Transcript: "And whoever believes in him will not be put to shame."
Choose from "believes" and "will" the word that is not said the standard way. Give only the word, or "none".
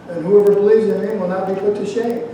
none